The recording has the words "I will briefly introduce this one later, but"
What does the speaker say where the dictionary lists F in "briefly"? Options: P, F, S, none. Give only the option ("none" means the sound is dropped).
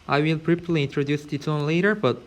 P